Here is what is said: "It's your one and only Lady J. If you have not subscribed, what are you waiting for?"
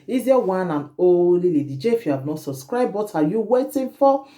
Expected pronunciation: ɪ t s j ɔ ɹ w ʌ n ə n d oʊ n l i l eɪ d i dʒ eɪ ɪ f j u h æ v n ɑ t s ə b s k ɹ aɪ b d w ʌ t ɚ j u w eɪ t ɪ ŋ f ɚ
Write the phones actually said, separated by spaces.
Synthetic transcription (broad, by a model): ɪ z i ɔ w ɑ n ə n oʊ l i l eɪ d i dʒ eɪ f j u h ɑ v n ɑ t s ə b s k ɹ aɪ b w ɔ t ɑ j u w eɪ t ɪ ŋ f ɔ